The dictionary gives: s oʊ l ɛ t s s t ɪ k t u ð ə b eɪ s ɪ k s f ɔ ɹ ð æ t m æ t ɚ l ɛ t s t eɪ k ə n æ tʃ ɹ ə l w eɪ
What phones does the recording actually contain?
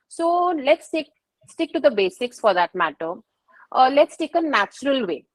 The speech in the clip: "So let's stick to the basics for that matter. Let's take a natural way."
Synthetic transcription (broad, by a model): s oʊ l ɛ t s s t ɪ k t u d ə b eɪ s ɪ k s f ɔ ɹ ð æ t m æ t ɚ l ɛ t s t eɪ k ə n æ tʃ ɹ ə l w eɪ